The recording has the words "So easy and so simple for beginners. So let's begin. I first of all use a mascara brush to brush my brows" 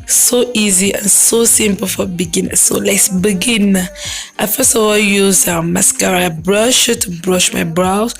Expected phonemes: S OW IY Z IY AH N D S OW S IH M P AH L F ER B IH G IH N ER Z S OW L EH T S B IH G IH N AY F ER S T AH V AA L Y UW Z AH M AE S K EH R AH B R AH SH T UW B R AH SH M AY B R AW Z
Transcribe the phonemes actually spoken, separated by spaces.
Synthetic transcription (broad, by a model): S OW IY Z IY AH N S OW S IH M P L F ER B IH G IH N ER S OW L EH T S B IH G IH N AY F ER S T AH W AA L Y UW Z AH M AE S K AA R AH B R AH SH T UW B R AH SH M AY B R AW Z